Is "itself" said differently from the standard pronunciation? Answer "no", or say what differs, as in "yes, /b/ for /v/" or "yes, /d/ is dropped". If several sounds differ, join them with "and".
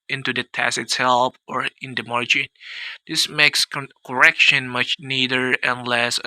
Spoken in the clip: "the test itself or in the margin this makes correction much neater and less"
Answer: yes, /p/ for /f/